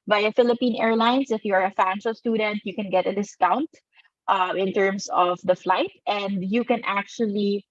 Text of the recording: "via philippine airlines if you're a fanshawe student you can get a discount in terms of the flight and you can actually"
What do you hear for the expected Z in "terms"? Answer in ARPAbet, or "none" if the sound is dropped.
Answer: S